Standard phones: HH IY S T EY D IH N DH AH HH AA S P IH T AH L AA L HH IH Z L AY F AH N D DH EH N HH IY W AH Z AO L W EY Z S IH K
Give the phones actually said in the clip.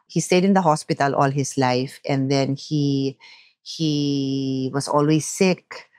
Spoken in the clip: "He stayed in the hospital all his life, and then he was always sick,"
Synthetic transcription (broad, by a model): HH IY S T EY D IH N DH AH HH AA S P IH T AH L AA L HH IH S L AY F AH N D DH EH N HH IY W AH S AO L W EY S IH K